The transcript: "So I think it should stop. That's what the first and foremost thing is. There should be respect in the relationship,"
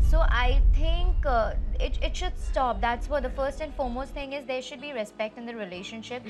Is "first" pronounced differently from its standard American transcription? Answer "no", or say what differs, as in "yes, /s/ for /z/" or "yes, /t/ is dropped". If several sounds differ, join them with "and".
no